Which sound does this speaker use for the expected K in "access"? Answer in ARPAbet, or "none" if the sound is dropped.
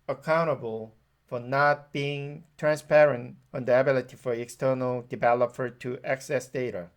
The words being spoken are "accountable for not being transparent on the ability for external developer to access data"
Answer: K